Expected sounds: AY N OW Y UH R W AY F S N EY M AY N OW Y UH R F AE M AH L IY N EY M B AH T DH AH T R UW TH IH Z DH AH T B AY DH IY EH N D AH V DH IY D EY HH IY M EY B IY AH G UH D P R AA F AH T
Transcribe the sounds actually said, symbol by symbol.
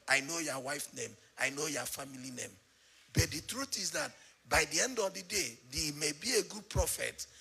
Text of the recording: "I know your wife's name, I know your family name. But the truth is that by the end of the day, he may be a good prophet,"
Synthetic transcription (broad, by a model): AY N OW Y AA W AY F N EY M AY N OW Y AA F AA M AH L IY N EY M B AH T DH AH T R UW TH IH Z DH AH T B AY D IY EH N D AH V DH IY D EY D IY M EY B IY AH G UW D P R AA F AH T